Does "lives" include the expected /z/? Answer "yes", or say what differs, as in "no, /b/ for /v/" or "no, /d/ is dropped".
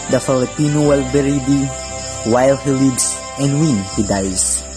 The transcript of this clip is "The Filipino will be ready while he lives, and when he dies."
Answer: no, /s/ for /z/